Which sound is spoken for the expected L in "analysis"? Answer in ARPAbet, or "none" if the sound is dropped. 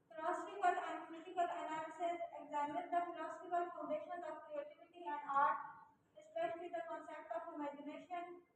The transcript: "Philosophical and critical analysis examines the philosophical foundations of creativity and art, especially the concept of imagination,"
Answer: none